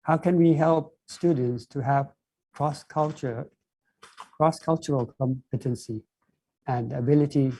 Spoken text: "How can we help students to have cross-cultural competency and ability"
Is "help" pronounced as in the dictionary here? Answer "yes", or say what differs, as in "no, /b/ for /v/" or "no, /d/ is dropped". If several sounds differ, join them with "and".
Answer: yes